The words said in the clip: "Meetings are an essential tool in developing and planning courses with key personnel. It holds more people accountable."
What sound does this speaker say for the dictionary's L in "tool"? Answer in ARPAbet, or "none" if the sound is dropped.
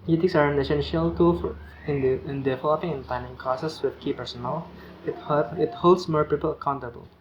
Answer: N